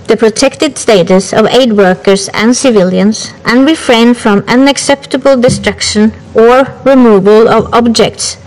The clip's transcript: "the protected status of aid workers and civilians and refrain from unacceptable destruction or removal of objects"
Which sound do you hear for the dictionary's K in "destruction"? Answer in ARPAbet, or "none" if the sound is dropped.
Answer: K